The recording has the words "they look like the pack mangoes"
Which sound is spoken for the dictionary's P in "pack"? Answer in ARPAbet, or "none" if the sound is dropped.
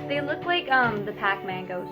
P